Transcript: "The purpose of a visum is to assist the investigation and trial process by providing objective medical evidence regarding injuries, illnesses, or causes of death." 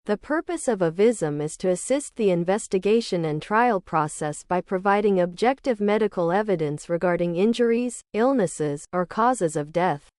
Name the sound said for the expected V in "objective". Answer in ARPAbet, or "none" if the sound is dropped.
V